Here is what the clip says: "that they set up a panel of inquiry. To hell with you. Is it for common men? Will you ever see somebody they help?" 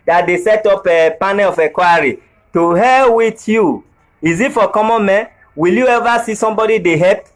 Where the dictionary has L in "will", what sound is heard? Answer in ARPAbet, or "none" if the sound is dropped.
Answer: L